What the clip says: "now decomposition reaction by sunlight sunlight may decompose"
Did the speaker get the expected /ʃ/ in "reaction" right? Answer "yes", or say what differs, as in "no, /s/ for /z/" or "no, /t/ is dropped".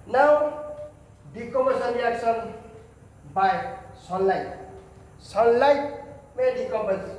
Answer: no, /s/ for /ʃ/